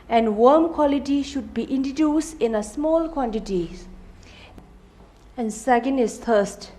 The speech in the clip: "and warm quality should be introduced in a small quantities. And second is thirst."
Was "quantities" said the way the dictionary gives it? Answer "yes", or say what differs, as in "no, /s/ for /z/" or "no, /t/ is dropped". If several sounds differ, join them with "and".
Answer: no, /z/ is dropped